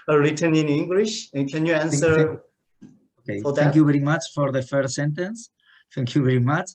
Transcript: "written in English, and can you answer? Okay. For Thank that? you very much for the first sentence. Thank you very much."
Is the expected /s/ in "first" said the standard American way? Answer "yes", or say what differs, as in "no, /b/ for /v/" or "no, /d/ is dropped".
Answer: no, /s/ is dropped